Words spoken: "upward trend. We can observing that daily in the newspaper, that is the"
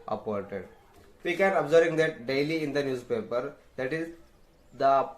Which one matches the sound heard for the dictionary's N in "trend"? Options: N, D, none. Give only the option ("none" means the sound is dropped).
none